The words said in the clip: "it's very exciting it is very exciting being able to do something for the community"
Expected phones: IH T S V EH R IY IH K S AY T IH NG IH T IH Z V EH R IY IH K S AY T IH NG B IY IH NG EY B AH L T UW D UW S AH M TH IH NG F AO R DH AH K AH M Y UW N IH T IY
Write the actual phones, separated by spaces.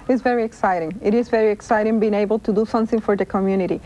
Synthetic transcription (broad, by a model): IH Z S V EH R IY IH K S AY T IH NG IH T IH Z V EH R IY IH K S AY T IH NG B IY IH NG EY B AH L T UW D UW S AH M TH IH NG F AO R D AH K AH M Y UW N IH T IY